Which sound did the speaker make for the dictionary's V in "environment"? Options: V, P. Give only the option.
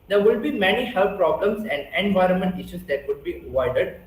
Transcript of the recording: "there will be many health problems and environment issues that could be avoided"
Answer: V